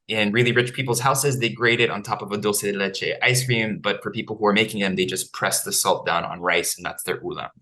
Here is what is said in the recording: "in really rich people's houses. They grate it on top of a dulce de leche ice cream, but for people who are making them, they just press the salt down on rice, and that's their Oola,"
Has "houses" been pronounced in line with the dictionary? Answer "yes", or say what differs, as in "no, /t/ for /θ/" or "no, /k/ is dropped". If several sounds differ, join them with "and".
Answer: yes